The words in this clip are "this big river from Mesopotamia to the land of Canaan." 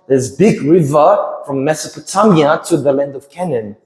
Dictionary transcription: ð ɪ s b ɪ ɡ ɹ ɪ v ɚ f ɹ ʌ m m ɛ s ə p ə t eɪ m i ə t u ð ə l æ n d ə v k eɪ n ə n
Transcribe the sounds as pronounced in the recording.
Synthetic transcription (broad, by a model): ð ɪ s b ɪ ɡ ɹ ɪ v ɚ f ɹ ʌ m m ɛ s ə p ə t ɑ m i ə t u ð ə l æ n d ə v k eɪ n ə n